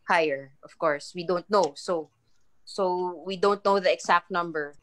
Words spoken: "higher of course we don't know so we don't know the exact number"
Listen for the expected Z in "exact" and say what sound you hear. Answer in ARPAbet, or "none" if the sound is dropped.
S